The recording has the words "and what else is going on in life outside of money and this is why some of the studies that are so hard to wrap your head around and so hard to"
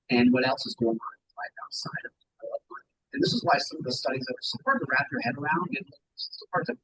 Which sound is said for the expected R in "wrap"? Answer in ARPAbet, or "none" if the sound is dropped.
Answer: R